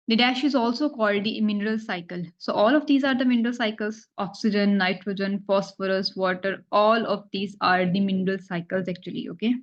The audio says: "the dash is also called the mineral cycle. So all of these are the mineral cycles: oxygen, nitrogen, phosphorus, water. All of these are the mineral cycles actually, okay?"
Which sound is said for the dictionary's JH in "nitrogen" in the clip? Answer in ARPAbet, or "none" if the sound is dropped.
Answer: JH